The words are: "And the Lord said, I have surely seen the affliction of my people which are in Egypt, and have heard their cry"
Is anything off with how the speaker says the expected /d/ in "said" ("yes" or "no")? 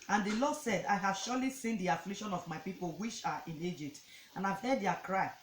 no